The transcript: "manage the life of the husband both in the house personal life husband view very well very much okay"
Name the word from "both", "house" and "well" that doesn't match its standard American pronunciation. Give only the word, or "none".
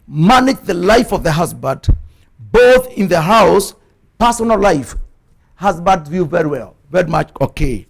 none